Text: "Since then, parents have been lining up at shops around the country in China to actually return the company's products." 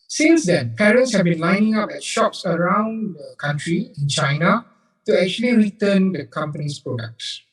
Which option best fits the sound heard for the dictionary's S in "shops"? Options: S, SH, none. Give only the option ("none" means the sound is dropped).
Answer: S